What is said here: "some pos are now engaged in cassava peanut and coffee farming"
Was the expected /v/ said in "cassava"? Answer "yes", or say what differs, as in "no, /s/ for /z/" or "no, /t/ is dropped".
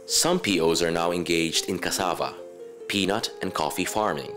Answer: yes